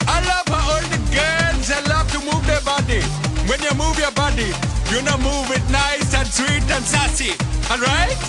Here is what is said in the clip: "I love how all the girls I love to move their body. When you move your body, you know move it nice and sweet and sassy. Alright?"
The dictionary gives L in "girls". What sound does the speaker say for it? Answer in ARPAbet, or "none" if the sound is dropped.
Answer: N